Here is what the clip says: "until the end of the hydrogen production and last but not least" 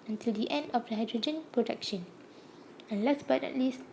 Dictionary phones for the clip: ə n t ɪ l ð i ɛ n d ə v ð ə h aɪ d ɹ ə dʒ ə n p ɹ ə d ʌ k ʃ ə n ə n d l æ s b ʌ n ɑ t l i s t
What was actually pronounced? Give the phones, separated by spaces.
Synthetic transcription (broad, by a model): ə n t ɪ l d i ɛ n d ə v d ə h aɪ d ɹ ə dʒ ə n p ɹ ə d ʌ k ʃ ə n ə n l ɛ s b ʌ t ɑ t l i s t